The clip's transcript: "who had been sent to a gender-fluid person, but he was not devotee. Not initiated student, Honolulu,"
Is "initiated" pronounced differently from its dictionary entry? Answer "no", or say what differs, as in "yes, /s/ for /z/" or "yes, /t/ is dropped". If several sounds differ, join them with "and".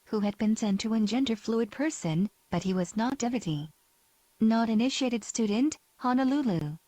no